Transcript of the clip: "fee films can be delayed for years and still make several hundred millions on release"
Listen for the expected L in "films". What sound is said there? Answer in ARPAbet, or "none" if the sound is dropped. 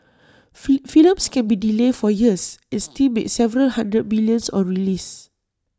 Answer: none